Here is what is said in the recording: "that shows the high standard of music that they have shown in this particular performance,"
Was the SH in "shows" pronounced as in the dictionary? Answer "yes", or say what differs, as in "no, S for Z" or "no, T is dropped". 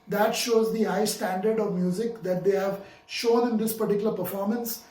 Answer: yes